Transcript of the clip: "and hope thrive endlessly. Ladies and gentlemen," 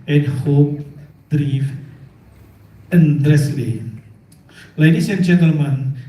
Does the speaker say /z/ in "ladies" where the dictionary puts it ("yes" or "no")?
no